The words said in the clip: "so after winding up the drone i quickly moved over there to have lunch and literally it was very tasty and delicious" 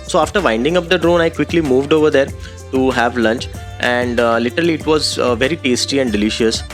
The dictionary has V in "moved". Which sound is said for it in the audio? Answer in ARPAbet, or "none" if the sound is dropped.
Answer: V